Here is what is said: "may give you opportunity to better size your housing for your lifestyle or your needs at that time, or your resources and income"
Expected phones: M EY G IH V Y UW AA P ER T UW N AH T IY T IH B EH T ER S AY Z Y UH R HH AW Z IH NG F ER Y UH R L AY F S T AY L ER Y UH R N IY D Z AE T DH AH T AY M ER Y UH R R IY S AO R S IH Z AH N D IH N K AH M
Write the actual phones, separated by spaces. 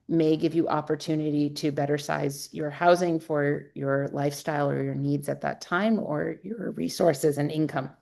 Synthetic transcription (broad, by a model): M EY G IH V Y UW AA P ER T UW N AH T IY T IH B EH T ER S AY Z Y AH R HH AW Z IH NG F ER Y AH R L AY F S T AY L ER Y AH R N IY D Z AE T DH AH T AY M ER Y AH R R IY S AO R S IH Z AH N IH N K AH M